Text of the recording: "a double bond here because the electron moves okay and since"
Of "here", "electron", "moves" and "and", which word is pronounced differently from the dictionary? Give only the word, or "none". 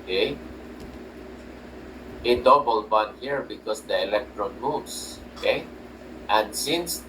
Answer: moves